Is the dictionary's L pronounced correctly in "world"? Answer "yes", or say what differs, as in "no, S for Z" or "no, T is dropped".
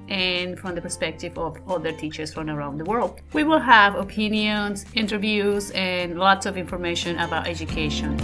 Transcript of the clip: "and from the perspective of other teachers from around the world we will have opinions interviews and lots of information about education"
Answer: yes